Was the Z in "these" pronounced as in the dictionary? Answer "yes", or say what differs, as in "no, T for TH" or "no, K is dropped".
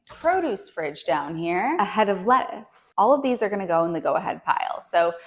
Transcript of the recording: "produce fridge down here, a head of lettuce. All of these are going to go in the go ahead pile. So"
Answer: yes